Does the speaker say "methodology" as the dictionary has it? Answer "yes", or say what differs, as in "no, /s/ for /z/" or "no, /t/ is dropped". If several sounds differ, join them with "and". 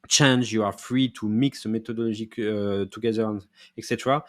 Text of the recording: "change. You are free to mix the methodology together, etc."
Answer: no, /t/ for /θ/ and /ʒ/ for /dʒ/